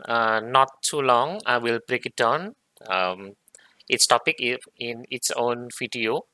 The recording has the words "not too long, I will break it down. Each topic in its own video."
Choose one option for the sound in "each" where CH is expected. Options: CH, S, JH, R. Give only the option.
S